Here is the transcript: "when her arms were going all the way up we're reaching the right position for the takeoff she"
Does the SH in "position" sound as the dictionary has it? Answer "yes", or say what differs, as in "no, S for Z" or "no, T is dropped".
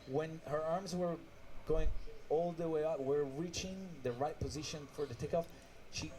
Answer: yes